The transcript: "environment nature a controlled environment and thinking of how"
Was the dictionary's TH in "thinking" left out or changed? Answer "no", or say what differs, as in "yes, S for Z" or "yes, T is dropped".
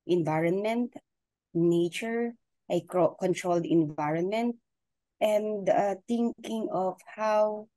yes, T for TH